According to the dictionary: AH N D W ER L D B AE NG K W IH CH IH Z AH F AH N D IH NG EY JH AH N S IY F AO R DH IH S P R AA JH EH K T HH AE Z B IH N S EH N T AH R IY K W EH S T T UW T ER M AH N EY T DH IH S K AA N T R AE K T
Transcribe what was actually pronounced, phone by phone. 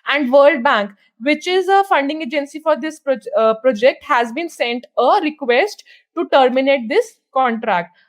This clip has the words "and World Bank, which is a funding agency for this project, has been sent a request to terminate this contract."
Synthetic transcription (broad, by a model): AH N D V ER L D B AE NG K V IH CH IH Z AH F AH N D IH NG EY JH AH N S IY F AO R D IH S P R AA JH EH K T HH AE Z B IH N S EH N T AH R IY K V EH S T T UW T ER M AH N EY T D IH S K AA N T R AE K T